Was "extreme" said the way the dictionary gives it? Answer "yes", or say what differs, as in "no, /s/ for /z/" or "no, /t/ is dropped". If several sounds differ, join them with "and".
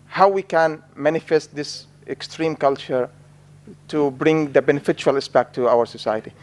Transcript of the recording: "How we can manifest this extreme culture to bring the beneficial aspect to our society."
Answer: yes